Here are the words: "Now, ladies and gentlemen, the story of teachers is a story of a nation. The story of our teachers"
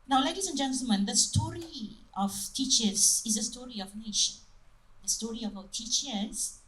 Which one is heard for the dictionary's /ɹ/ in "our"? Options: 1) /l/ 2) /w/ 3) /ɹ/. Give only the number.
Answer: 2